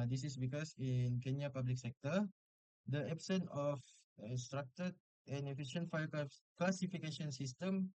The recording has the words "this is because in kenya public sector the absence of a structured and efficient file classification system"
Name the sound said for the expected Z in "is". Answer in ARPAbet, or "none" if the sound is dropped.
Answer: S